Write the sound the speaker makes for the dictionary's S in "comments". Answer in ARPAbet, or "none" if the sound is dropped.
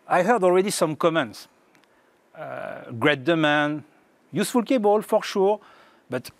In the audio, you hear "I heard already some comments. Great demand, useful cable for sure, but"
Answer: S